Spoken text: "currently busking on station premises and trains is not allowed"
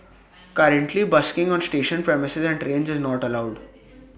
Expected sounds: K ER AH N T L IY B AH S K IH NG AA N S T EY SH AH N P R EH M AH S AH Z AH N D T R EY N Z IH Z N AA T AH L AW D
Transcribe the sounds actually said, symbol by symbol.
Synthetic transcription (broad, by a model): K ER AH N T L IY B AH S K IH NG AA N S T EY SH AH N P R EH M AH S AH Z AH N D T R EY N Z IH Z N AA T AH L AW D